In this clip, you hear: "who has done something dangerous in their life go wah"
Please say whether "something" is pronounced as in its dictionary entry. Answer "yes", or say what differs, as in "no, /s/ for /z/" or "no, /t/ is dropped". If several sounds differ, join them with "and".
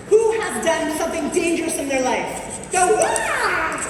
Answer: yes